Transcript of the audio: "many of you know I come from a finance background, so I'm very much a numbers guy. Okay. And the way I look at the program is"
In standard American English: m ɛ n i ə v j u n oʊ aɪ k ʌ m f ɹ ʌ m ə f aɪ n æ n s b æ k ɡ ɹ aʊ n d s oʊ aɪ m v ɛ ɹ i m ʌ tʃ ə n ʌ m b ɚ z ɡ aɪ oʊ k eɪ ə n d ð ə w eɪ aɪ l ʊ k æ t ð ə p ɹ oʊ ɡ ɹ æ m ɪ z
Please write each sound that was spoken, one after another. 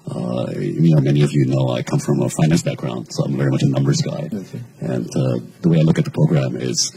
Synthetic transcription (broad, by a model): m ɛ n i ə v j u n oʊ aɪ k ʌ m f ɹ ʌ m ə f aɪ n æ n s b æ k ɡ ɹ aʊ n d s oʊ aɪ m v ɛ ɹ i m ʌ tʃ ə n ʌ m b ɚ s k aɪ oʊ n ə ð ə w eɪ aɪ l ʊ k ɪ t ð ə p ɹ oʊ ɡ ɹ æ m ɪ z